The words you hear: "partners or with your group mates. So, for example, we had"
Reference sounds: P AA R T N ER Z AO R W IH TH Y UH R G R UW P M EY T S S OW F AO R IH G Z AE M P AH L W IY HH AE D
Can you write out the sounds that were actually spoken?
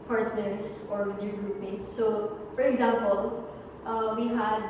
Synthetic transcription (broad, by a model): P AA R T N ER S AO R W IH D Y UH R G R UW P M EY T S S OW F AO R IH G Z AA M P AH L W IY HH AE D